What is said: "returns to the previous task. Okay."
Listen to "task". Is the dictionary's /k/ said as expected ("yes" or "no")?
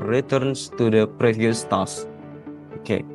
no